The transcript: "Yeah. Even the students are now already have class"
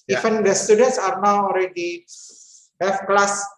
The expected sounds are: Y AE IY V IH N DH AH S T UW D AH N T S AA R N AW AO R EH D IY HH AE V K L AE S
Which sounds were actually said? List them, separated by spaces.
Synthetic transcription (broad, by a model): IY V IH N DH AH S T UW D AH N T S AA R N AW AO R EH D IY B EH F K L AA S